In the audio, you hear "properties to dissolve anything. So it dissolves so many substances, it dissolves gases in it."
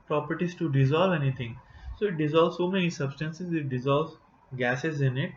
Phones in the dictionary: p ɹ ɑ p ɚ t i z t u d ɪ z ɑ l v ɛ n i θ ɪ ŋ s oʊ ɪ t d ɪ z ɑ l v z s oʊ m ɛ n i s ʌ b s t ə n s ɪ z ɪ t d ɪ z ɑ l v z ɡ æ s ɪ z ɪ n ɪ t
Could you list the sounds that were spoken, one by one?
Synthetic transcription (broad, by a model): p ɹ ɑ p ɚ t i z t u d ɪ z ɑ l v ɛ n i t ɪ ŋ s oʊ ɪ t d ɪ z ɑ l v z s oʊ m ɛ n i s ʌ b s t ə n s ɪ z ɪ t d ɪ z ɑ l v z ɡ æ s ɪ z ɪ n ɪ t